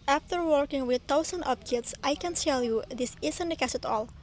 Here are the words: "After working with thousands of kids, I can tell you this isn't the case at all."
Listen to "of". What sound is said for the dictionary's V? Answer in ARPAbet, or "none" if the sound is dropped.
P